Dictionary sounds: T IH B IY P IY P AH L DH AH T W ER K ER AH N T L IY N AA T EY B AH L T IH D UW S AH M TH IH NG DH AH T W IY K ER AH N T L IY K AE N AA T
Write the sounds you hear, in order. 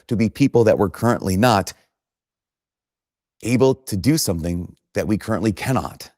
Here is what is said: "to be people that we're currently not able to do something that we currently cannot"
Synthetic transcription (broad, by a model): T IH B IY P IY P L DH AH T W ER K ER AH N T L IY N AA T EY B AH L T IH D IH S AH M TH IH NG DH AH T W IY K ER AH N T L IY K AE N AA T